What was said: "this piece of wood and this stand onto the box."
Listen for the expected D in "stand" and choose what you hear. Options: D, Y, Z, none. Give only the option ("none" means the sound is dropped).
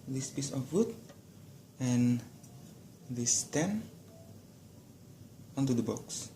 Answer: none